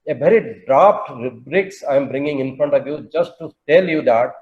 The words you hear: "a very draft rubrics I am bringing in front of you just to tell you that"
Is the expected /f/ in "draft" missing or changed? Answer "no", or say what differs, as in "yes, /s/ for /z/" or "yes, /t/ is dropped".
yes, /p/ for /f/